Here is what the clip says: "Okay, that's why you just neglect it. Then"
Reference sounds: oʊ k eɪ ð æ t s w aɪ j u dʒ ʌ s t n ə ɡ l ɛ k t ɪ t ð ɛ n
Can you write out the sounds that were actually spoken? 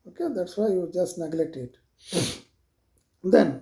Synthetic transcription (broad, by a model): oʊ k eɪ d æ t s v aɪ j u dʒ ʌ s t n ə ɡ l ɛ k t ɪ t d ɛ n